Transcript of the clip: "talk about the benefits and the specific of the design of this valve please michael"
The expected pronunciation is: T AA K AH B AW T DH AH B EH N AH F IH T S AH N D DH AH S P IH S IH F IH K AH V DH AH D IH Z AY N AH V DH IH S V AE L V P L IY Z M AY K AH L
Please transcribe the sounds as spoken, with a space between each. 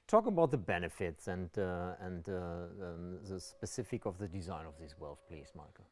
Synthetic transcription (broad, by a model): T AA K AH B AW T DH AH B EH N AH F IH T S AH N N DH AH S P IH S IH F IH K AH V DH AH D IH Z AY N AH V DH IH S W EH L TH P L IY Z M AY K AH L